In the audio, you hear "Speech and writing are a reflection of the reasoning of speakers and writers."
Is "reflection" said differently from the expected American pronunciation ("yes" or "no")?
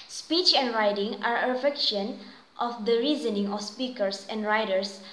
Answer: yes